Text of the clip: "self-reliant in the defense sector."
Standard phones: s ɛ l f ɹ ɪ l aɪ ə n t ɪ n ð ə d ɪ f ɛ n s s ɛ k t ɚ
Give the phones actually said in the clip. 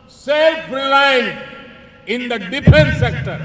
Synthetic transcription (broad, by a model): s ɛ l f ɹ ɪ l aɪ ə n ɪ n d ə d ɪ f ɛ n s s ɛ k t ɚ